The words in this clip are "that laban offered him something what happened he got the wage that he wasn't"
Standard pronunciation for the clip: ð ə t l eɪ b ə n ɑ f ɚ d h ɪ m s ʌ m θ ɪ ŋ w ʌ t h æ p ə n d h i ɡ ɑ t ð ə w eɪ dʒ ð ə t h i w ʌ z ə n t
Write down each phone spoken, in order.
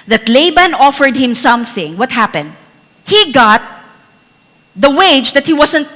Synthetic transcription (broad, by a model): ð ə t l eɪ b ə n ɑ f ɚ d h ɪ m s ʌ m θ ɪ ŋ w ʌ t h æ p ə n d h i ɡ ɑ t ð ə w eɪ dʒ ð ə t h i w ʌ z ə n t